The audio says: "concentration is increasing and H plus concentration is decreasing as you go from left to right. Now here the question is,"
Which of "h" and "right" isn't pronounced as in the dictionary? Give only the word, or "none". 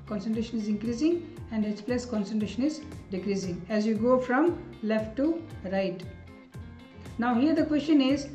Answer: h